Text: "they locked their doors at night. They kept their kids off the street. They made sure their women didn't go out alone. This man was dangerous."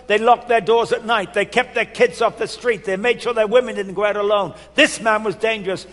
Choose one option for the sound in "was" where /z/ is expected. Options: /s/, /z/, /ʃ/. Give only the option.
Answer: /z/